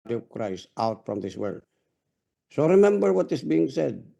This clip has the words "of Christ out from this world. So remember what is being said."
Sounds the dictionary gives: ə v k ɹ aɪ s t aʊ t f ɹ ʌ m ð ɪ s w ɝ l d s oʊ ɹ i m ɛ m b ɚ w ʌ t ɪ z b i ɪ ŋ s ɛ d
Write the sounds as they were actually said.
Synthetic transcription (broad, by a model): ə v k ɹ aɪ s t aʊ t f ɹ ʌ m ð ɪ s w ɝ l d s oʊ ɹ i m ɛ m b ɚ w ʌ t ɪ s b i ɪ ŋ s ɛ d